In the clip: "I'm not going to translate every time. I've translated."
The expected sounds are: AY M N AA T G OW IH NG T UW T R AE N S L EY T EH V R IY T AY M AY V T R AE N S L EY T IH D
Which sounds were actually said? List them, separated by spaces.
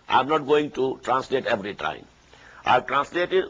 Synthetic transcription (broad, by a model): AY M N AA T G OW IH NG T UW T R AE N S L EY T EH V R IY T AY M AY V T R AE N S L EY T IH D